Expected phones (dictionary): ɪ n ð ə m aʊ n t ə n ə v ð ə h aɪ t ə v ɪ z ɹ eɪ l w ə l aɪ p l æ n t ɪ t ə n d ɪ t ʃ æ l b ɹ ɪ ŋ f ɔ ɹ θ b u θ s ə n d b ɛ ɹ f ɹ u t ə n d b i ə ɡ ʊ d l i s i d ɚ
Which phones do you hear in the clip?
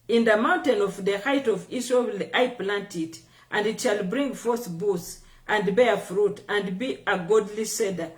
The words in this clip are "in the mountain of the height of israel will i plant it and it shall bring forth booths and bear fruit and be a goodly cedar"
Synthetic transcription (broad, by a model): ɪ n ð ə m aʊ n t ə n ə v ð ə h aɪ t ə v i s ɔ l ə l aɪ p l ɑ n t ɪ t ə n d ɪ t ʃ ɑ l b ɹ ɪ ŋ f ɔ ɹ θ b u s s ə n d b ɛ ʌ f ɹ u t ə n d b i ə ɡ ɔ d l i s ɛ d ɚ